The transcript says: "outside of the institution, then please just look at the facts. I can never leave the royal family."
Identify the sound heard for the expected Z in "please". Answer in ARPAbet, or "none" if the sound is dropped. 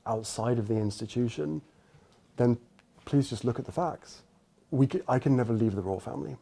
Z